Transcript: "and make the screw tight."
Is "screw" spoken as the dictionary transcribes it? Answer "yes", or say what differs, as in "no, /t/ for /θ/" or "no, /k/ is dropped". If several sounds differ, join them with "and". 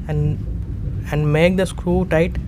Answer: yes